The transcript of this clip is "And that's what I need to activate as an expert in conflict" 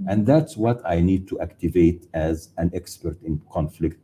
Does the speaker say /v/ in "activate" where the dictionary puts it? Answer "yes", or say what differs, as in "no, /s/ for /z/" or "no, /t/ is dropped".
yes